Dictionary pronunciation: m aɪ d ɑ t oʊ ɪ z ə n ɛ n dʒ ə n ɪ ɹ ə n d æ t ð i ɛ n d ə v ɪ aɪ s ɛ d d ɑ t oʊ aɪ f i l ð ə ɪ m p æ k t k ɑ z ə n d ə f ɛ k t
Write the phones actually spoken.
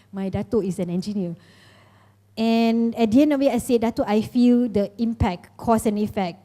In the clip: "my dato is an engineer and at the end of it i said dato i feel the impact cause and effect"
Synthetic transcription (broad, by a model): m aɪ d ɑ t oʊ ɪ s ə n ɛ n dʒ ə n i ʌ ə n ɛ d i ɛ n ə w ɪ aɪ s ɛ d d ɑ t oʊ aɪ f i l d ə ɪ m p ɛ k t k ɑ s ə n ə f ɛ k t